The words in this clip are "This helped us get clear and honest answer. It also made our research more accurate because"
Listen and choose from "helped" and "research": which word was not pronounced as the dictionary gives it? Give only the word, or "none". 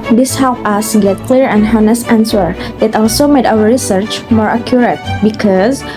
helped